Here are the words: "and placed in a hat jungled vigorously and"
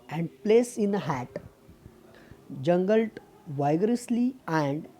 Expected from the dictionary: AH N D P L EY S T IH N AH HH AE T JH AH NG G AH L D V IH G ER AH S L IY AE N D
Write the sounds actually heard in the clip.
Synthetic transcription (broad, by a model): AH N D P L EY S IH N AH HH AE T JH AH NG G AH L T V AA G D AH S L IY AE N D